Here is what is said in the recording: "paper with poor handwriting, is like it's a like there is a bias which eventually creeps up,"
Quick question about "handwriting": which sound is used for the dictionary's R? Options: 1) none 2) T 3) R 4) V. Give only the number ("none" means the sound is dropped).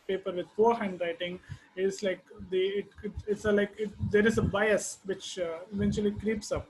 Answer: 3